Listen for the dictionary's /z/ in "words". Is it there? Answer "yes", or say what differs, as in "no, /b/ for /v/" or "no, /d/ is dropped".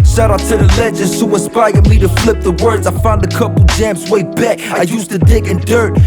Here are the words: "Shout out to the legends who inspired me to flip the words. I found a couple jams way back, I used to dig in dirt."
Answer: yes